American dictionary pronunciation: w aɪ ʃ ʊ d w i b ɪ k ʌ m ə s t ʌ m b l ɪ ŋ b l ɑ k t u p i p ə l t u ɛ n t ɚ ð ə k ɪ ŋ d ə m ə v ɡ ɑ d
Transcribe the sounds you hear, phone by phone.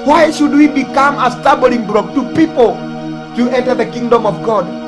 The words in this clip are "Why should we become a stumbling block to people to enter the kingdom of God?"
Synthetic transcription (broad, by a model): w aɪ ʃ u d w i b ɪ k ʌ m ə s t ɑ b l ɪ ŋ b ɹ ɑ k t u p i p ə l t u ɛ n t ɚ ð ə k ɪ ŋ d ə m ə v ɡ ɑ d